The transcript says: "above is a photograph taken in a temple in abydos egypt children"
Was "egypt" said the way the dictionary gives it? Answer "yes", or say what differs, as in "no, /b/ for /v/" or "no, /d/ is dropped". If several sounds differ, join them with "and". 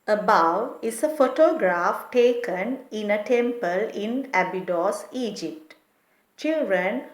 yes